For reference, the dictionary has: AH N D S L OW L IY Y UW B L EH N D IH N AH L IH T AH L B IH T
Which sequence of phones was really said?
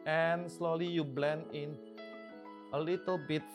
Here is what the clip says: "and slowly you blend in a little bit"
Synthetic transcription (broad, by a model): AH N S L OW L IY Y UW B L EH N IH N AH L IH T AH L B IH T